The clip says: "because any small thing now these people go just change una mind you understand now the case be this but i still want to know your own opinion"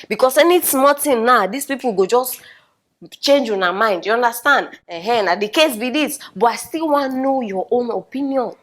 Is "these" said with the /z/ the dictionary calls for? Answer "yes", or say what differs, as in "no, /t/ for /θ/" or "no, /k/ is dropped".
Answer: no, /s/ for /z/